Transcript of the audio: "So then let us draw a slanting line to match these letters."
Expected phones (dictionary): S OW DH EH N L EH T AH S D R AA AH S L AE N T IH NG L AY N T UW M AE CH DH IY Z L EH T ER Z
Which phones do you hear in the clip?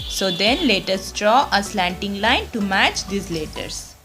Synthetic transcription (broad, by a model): S OW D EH N L EH T AH S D R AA AH S L AE N T IH NG L AY N T UW M AE CH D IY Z L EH T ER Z